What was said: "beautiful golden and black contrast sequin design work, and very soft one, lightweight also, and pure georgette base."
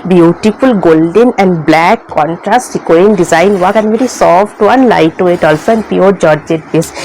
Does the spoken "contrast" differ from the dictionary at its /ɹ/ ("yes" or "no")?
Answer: no